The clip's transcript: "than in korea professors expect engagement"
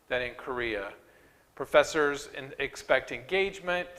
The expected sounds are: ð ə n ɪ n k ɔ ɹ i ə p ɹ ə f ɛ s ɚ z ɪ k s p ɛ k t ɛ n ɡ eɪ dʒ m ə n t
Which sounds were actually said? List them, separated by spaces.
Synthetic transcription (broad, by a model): ð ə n ɪ n k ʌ ɹ i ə p ɹ ə f ɛ s ɚ z ɪ k s p ɛ k t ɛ n ɡ eɪ dʒ m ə n t